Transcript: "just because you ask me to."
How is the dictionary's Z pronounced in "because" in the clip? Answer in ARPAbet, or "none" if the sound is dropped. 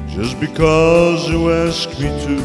Z